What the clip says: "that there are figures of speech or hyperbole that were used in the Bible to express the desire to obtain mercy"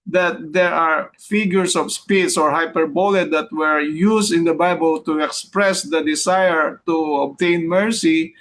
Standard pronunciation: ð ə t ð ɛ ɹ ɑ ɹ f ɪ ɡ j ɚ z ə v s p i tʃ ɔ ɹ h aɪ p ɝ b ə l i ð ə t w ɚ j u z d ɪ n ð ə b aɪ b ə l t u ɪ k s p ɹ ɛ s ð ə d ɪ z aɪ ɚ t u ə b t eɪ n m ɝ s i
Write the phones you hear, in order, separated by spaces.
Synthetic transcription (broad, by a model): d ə t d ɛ ɹ ɑ ɹ f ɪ ɡ j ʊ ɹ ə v s p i s ɔ ɹ h aɪ p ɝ b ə l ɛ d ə t w ɚ j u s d ɪ n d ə b aɪ b ə l t u ɪ k s p ɹ ɛ s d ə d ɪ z aɪ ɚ t u ə b t eɪ n m ɝ s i